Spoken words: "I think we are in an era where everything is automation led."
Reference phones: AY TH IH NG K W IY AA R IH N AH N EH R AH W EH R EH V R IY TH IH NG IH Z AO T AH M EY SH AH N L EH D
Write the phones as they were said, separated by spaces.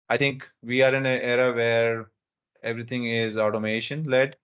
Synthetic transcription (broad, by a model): AY T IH NG K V IY AA R IH N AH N EH R AH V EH R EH V R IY T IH NG IH Z AO T AH M EY SH AH N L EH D